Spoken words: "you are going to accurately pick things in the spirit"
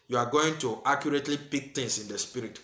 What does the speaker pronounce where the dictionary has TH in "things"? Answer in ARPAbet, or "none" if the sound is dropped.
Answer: T